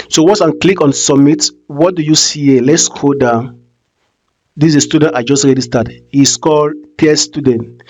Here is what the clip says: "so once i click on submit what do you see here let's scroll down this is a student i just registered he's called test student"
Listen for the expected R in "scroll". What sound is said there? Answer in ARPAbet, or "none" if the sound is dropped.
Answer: none